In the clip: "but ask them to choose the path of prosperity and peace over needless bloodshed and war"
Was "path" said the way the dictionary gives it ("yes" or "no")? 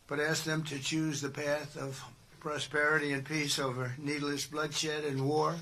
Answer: yes